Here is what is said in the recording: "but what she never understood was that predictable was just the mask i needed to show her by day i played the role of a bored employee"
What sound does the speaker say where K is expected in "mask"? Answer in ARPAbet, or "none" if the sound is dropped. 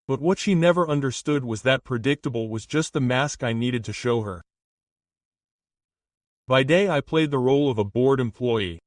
K